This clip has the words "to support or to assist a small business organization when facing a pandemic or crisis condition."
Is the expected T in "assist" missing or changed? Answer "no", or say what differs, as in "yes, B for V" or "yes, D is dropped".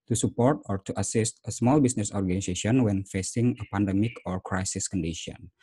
no